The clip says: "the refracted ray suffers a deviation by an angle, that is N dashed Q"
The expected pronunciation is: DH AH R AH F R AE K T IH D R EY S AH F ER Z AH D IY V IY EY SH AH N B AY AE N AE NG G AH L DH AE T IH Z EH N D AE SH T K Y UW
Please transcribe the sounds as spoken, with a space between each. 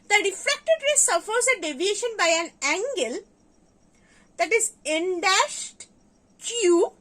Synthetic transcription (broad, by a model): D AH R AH F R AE K T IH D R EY S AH F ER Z AH D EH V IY EY SH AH N B AY AE N AE NG G AH L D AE T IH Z EH N D AE SH T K Y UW